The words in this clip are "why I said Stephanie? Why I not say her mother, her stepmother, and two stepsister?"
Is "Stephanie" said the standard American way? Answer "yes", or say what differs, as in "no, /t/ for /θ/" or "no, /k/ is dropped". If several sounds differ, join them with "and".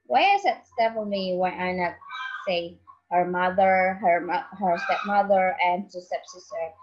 no, /l/ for /n/